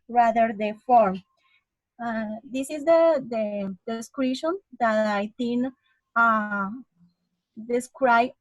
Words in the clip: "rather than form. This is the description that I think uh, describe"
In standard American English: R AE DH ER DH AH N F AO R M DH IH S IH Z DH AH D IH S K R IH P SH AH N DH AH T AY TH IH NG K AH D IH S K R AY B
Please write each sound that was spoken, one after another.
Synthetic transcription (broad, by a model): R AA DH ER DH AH F AO R M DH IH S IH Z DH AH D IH S K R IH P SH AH N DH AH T AY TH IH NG AH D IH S K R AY